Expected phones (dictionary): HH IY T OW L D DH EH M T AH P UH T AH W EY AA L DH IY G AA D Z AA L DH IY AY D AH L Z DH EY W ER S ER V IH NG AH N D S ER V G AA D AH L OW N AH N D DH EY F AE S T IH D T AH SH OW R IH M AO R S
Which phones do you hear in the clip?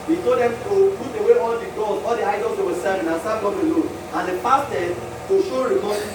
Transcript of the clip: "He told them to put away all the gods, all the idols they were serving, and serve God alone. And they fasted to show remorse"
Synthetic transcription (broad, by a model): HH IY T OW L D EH M T AH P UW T AH W EY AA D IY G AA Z AA L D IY AY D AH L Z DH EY W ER S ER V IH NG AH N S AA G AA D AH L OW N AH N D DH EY P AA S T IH D T AH SH OW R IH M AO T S